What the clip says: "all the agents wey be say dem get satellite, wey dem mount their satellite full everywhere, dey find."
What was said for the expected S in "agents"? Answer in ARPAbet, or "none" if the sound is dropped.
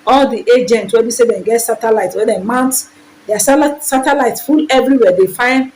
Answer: none